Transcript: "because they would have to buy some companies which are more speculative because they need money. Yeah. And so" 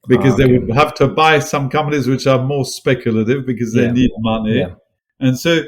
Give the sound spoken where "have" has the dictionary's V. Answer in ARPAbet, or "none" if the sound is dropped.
F